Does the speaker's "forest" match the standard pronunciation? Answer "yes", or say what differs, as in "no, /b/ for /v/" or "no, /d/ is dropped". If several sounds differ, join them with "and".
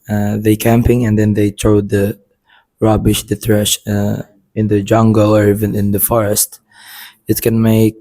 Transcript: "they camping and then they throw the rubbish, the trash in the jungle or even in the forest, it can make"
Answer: yes